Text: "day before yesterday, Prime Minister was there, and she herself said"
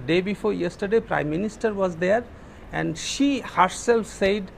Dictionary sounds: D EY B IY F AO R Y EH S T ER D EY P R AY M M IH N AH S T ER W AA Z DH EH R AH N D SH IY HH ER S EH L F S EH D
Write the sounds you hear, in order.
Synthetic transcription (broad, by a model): D EY B IY F AO R Y EH S T ER D EY P R AY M M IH N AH S T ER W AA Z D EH R AH N D SH IY HH ER S EH L F S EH D